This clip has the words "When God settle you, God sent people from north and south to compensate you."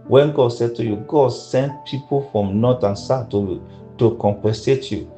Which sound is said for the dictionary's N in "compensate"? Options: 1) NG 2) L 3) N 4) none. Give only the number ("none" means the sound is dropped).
4